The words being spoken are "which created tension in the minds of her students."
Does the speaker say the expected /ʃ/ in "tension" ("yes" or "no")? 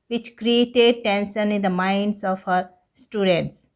no